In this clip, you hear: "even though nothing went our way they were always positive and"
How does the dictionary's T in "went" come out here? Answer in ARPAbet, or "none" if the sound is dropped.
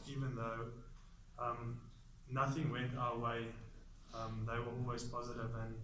T